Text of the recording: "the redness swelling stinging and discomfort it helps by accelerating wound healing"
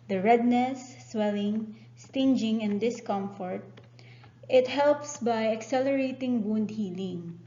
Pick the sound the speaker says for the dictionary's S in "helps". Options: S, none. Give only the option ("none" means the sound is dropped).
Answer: S